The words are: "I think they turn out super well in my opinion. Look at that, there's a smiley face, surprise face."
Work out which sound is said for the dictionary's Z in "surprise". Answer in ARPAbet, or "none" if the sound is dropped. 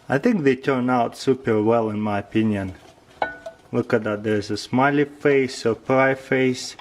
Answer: none